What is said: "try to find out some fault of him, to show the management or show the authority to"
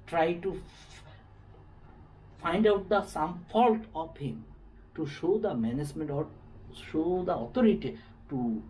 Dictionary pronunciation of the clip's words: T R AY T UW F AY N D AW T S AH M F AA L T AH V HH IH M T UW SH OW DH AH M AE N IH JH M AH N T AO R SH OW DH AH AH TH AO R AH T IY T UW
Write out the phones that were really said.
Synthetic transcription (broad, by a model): T R AY T UW F AY N D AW T S AH M F AA L T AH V HH IH M T UW SH OW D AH M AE N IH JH M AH N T AO R SH OW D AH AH T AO R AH T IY T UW